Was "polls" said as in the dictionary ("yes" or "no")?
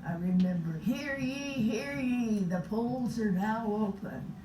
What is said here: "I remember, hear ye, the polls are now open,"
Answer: yes